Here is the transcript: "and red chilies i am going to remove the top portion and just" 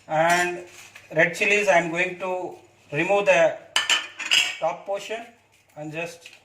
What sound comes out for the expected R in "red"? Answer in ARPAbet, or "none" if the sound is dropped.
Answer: R